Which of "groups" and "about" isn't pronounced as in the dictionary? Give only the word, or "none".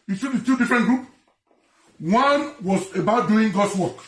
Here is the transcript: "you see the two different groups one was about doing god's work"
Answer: groups